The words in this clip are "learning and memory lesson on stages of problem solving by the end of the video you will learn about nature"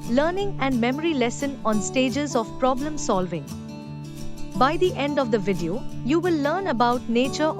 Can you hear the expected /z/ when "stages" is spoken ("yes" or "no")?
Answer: yes